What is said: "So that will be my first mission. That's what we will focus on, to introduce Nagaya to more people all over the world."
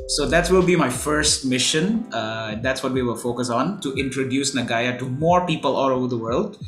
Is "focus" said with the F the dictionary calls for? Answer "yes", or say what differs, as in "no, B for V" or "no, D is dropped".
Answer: yes